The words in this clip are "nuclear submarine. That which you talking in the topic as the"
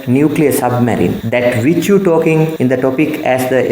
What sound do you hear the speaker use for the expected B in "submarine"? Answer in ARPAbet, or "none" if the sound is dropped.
B